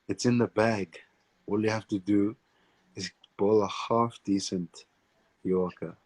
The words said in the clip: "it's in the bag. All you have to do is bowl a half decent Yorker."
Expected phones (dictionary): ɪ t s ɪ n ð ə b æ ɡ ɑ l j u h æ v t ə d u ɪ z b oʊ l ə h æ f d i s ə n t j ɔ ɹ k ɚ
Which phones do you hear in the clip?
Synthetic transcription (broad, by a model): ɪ t s ɪ n ð ə b æ ɡ ɑ l j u h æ f t ə d u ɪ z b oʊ l ə h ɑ f d i s ə n t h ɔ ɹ k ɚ